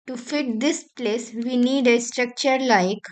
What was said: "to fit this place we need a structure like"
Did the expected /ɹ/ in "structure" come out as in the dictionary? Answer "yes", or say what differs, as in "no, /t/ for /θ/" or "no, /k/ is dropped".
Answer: yes